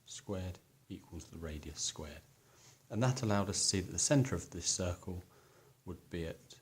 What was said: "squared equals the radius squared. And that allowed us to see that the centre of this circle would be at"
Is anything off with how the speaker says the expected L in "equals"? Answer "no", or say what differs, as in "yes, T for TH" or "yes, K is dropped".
no